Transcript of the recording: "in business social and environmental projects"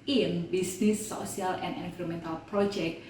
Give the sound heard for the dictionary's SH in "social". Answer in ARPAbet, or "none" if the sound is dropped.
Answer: none